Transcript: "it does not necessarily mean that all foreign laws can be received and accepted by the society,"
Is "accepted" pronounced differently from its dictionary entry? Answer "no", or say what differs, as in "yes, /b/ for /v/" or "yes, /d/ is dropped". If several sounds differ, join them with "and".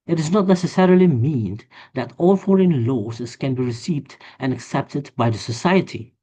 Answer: no